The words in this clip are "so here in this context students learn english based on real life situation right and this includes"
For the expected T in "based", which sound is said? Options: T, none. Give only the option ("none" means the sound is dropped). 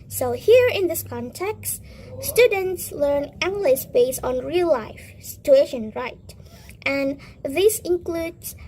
none